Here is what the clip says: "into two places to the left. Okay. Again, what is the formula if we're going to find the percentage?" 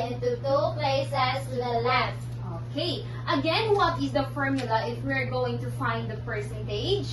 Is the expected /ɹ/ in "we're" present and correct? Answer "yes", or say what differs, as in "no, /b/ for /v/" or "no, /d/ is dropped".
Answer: yes